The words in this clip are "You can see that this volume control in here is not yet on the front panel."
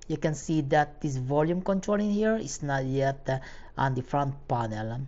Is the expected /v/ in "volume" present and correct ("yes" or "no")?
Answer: yes